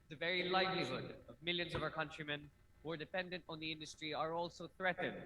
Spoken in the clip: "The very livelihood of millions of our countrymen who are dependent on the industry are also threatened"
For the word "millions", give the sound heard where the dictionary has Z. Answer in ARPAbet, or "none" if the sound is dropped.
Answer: Z